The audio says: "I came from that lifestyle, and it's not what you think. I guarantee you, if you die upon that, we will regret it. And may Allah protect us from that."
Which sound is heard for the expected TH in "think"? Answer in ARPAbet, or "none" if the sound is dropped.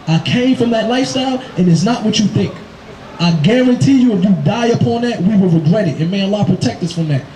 TH